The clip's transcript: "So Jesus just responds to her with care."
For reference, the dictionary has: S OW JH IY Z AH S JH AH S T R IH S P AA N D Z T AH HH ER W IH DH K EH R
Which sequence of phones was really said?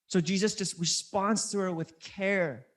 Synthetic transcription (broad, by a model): S OW JH IY Z AH S JH AH S T R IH S P AA N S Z T AH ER W IH DH K EH R